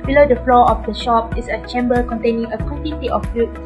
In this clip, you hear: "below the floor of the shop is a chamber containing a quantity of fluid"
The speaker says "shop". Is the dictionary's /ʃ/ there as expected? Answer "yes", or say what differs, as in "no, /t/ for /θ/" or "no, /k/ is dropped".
yes